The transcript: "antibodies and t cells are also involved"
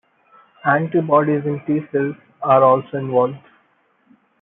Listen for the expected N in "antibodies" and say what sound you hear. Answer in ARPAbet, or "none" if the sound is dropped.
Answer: N